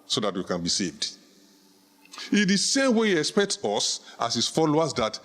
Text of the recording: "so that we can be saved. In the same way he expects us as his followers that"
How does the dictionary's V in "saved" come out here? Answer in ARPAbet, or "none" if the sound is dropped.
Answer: V